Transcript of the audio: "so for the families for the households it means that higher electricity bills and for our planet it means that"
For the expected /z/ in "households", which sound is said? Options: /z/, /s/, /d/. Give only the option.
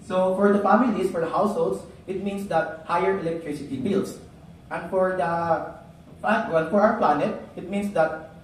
/s/